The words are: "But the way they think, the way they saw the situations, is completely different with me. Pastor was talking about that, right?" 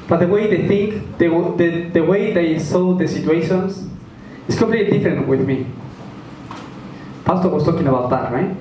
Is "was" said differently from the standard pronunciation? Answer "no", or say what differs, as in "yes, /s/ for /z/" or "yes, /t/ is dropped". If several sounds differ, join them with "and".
yes, /s/ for /z/